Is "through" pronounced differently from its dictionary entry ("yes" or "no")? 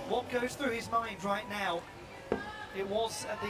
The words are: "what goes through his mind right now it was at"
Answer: no